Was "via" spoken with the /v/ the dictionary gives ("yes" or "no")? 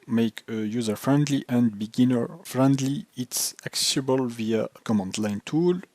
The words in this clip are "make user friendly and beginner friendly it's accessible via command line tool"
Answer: yes